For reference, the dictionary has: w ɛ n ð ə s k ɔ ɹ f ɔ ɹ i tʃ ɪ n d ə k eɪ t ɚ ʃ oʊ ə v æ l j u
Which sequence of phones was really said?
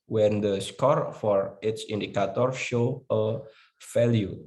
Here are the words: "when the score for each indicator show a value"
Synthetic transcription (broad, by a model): w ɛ n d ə s k ɔ ɹ f ɔ ɹ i s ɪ n d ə k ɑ t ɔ ʃ oʊ ə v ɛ l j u